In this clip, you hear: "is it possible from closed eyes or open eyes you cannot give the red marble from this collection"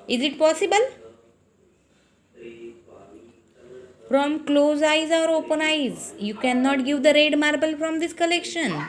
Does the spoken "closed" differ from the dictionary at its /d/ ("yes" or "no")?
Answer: yes